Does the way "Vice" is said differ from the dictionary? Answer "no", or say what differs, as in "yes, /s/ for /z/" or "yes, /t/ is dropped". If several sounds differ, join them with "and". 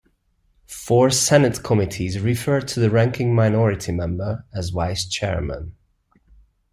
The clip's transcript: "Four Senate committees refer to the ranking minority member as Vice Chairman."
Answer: yes, /w/ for /v/